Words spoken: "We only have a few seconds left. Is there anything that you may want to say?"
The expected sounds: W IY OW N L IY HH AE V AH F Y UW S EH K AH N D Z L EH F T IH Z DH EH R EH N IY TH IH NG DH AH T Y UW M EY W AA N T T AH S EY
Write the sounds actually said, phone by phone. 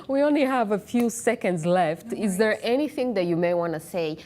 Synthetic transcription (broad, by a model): W IY OW N L IY HH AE V AH F Y UW S EH K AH N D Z L EH F T IH Z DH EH R EH N IY TH IH NG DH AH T Y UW M EY W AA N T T S EY